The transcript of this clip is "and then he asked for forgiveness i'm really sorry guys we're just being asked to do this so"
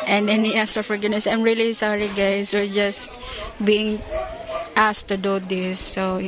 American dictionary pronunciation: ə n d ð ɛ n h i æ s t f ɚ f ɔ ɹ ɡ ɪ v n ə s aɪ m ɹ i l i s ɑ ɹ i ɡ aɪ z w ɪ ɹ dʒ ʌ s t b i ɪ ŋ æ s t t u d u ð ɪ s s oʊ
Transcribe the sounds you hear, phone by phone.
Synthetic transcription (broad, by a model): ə n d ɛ n h i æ s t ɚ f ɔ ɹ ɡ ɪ n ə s aɪ m ɹ i l i s ɑ ɹ i ɡ aɪ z w ɪ ɹ dʒ ʌ s t b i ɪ ŋ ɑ s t t u d u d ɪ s s oʊ